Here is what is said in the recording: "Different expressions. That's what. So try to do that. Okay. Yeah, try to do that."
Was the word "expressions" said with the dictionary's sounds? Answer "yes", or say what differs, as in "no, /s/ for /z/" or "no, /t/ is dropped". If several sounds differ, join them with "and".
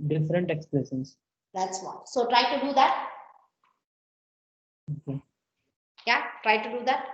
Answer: no, /l/ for /ɹ/